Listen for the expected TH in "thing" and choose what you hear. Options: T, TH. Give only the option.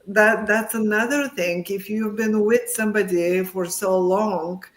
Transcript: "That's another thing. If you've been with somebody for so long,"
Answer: TH